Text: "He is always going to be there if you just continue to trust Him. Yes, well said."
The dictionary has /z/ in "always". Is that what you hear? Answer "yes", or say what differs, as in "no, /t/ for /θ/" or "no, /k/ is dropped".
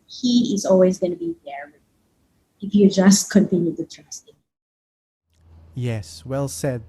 yes